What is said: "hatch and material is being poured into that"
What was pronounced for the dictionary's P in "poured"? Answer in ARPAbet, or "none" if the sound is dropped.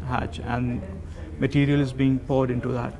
P